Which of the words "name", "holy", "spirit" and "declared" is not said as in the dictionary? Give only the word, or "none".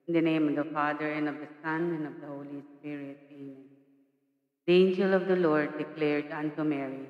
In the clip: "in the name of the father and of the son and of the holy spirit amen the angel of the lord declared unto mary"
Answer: spirit